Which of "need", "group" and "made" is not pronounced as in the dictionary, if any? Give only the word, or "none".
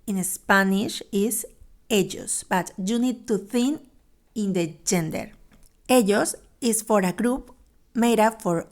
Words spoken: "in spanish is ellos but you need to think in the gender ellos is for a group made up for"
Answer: none